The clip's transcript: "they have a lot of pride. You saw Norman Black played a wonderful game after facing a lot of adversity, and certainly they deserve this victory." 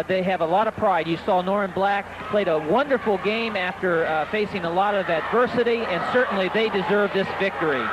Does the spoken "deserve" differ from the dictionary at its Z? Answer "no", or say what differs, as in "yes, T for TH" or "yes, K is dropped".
no